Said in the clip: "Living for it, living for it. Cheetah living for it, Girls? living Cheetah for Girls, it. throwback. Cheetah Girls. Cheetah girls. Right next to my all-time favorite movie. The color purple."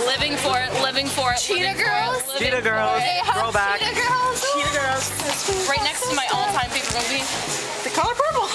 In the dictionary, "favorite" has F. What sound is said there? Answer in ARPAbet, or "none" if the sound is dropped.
P